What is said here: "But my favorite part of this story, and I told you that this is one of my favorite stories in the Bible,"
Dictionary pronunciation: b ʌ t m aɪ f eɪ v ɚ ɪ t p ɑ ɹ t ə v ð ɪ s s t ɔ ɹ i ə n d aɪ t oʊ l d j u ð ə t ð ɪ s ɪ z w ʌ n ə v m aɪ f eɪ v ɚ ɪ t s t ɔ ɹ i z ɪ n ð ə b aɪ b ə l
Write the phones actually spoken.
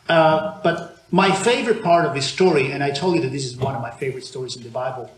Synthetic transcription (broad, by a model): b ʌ t m aɪ f eɪ v ɚ ɪ t p ɑ ɹ t ə v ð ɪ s s t ɔ ɹ i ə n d aɪ t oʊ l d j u ð ə t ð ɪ s ɪ z w ʌ n ə v m aɪ f eɪ v ɚ ɪ t s t ɔ ɹ i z ɪ n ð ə b aɪ b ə l